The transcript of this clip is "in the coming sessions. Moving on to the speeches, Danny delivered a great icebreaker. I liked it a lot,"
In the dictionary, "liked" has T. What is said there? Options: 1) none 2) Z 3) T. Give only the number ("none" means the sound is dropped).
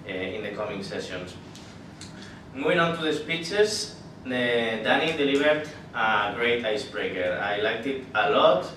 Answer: 3